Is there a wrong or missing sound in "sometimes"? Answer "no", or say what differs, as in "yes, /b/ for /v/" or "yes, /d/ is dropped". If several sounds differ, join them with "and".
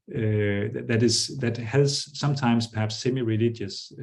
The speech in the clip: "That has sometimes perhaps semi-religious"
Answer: yes, /s/ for /z/